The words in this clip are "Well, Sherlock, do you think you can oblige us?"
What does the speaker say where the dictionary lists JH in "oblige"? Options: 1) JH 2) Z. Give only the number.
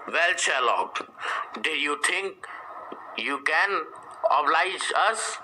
1